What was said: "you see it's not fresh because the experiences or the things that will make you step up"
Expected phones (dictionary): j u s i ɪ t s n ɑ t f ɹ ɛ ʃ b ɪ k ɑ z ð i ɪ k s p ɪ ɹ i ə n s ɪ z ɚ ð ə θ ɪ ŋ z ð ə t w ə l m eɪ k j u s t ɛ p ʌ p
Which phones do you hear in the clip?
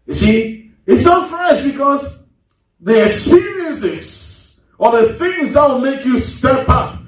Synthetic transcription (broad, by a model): j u s i ɪ t s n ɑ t f ɹ ɛ ʃ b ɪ k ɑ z ð i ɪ k s p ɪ ɹ i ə n s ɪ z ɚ ð ə θ ɪ ŋ z ð ə t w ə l m eɪ k j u s t ɛ p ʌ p